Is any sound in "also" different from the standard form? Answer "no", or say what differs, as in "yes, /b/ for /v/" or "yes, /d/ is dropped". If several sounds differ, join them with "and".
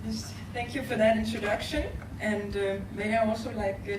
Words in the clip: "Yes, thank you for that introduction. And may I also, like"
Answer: no